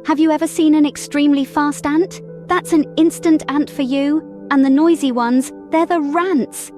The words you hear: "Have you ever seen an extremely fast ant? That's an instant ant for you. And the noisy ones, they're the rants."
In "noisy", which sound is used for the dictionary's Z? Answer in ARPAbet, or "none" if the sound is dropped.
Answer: Z